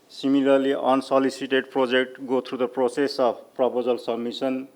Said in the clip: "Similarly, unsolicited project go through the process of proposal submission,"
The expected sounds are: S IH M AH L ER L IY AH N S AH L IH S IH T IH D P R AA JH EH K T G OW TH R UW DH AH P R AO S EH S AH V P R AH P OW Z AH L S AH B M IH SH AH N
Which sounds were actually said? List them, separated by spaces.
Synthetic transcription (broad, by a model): S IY M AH L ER L IY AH N S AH L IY S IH T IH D P R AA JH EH K T G OW T R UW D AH P R AO S EH S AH B P R AH P OW Z AH L S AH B M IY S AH N